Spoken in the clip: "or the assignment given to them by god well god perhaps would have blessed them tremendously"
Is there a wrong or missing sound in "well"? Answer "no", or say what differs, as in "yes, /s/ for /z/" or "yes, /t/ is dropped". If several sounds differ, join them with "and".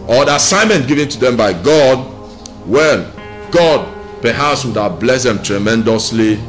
yes, /n/ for /l/